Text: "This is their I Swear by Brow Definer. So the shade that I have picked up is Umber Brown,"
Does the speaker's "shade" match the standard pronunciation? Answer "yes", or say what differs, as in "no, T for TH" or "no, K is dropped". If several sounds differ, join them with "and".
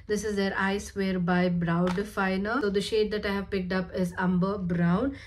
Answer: yes